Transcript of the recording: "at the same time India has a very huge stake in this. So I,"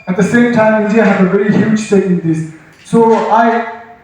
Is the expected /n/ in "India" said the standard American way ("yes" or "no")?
no